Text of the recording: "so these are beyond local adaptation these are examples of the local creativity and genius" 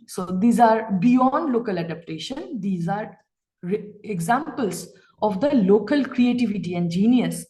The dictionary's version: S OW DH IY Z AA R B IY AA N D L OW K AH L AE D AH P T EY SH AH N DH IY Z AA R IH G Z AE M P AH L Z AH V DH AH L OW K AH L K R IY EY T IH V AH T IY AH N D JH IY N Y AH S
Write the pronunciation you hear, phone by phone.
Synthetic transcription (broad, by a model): S OW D IY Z AA R B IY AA N D L OW K AH L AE D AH P T EY SH AH N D IY Z AA R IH G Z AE M P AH L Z AH V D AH L OW K AH L K R IY EY T IH V AH T IY AH N D JH IY N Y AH S